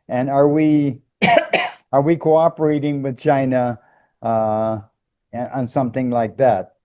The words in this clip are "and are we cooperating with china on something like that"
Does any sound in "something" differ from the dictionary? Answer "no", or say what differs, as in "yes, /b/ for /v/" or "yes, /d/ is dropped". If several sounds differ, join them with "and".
no